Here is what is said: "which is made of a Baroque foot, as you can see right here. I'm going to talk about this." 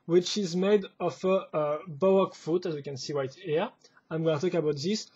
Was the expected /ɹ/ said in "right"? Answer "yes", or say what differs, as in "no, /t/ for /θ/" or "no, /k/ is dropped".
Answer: no, /w/ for /ɹ/